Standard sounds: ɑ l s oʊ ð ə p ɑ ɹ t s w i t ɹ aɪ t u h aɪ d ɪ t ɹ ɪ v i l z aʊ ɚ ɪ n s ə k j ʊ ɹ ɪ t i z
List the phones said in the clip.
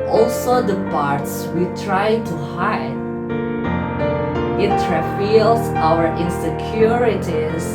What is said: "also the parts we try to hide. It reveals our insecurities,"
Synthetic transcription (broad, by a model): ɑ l s oʊ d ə p ɑ ɹ t s w i t ɹ aɪ t u h aɪ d ɪ t ɹ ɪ f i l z aʊ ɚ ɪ n s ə k j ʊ ɹ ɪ t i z